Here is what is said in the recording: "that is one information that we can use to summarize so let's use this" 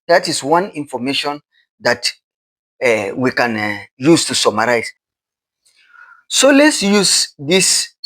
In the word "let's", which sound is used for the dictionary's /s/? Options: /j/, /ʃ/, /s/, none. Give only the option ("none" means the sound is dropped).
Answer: /s/